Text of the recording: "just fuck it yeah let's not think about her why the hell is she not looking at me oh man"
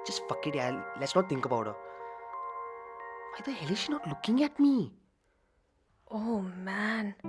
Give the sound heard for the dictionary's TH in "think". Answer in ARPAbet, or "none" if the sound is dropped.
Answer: T